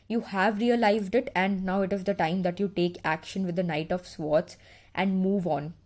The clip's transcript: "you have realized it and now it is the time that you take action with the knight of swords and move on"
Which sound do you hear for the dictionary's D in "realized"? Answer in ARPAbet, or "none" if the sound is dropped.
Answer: D